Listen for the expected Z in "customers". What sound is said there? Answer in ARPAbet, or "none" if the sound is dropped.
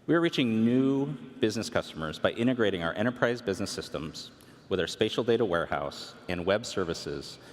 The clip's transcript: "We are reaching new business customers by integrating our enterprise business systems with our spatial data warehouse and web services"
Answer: Z